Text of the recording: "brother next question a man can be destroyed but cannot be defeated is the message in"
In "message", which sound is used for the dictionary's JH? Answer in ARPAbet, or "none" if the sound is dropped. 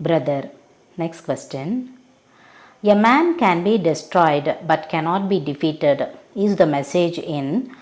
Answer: JH